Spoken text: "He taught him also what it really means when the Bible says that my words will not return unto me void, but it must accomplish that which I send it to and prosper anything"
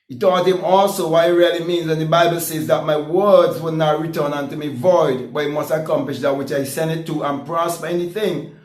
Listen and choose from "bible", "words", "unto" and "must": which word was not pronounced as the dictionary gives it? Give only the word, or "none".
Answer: none